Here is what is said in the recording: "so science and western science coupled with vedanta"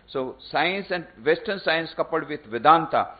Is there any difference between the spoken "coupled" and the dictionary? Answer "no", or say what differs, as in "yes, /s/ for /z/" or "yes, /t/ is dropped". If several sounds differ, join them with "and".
yes, /l/ is dropped